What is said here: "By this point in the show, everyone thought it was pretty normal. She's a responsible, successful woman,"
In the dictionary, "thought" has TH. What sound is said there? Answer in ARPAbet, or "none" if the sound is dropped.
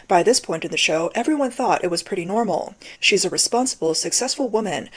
TH